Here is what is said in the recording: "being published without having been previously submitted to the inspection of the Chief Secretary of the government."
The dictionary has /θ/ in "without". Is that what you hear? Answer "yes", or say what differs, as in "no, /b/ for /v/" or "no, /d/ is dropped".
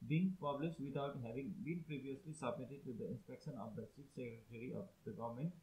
no, /t/ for /θ/